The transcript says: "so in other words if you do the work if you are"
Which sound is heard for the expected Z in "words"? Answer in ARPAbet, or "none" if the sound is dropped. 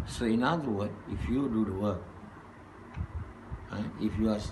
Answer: none